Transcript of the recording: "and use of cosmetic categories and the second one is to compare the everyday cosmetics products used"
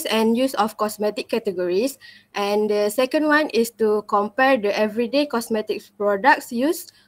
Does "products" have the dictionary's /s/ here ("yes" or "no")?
yes